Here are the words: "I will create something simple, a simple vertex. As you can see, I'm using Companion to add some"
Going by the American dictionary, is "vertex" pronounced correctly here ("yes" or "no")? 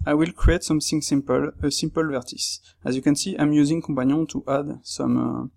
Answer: no